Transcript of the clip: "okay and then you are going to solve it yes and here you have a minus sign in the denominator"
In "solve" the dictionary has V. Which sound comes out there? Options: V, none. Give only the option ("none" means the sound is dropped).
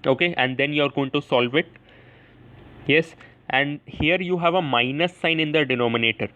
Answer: V